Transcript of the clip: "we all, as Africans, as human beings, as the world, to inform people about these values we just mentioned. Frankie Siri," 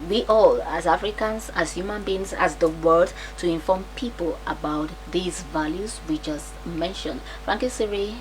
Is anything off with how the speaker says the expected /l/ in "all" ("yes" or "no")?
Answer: no